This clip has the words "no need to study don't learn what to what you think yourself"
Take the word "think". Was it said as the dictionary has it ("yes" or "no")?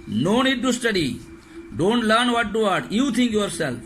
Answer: no